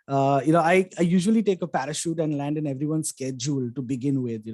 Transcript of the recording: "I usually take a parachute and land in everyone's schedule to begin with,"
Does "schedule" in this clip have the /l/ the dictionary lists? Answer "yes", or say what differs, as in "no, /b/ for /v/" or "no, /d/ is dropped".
yes